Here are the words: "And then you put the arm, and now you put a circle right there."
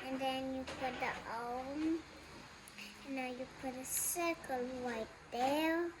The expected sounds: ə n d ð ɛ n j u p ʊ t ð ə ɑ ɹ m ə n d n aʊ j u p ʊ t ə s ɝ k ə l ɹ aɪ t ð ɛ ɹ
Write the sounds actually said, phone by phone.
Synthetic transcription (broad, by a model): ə n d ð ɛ n j u p ʊ t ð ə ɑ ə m n aʊ j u p ʊ t ə s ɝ k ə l w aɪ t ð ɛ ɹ